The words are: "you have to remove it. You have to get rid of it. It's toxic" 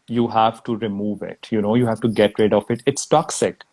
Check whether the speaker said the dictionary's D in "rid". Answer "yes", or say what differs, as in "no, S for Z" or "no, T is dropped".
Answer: yes